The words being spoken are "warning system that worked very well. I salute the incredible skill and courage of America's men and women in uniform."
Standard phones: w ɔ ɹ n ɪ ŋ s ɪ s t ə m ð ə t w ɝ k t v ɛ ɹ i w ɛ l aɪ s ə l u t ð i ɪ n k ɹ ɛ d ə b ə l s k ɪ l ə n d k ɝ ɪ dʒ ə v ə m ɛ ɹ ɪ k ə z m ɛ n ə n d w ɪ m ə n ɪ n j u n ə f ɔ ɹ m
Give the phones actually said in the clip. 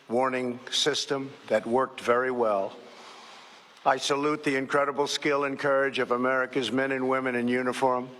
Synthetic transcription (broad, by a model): w ɔ ɹ n ɪ ŋ s ɪ s t ə m ð ə t w ɝ k t v ɛ ɹ i w ɛ l aɪ s ə l u t ð i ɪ n k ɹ ɛ d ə b l s k ɪ l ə n k ɝ ɪ dʒ ə v ə m ɛ ɹ ɪ k ə z m ɛ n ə n w ɪ m ə n ɪ n j u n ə f ɔ ɹ m